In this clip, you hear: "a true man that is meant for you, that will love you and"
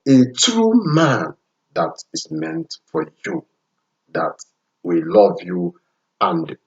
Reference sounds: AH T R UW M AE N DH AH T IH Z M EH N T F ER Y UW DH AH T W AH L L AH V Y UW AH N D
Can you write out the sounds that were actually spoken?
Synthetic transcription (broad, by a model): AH T R UW M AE N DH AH T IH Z M EH N T F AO Y UW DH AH T W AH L L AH V Y UW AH N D